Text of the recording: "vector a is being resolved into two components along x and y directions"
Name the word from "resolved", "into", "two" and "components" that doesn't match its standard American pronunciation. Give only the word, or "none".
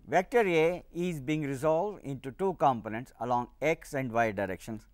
none